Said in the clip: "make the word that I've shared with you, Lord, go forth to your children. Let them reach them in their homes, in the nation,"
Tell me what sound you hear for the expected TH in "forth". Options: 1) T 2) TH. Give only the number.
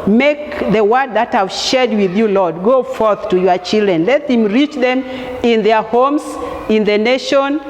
2